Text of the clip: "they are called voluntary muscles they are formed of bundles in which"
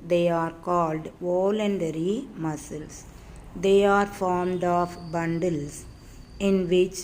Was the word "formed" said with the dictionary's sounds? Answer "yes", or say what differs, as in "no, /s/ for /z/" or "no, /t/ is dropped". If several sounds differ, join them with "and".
yes